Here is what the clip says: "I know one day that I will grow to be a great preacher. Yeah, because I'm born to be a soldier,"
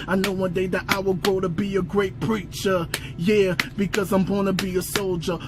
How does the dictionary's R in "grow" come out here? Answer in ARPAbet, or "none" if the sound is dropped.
none